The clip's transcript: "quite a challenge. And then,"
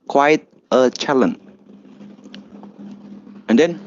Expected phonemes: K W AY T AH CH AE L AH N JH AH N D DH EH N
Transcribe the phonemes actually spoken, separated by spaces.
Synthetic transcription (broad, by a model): K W AY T AH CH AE L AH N AH N D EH N